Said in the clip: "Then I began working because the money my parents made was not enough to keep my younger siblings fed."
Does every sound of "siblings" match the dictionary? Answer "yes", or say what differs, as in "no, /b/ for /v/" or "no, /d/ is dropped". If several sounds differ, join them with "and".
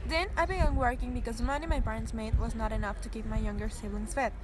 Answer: no, /b/ is dropped